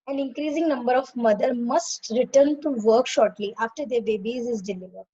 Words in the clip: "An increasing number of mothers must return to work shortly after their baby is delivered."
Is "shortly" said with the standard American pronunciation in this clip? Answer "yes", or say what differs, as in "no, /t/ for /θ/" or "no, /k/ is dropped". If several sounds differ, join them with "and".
yes